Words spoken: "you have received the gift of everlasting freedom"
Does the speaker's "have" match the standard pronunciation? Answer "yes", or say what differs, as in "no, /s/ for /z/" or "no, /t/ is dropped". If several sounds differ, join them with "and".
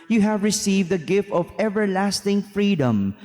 yes